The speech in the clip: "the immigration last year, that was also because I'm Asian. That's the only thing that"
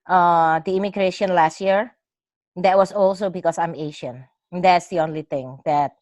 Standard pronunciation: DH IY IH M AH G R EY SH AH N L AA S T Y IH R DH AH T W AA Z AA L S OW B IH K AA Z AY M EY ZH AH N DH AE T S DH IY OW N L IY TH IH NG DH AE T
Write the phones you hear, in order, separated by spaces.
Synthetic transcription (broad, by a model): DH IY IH M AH G R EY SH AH N L AA S T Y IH R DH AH T W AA S AA L S OW B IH K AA S AY M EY SH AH N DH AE T S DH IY OW N L IY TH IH NG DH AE T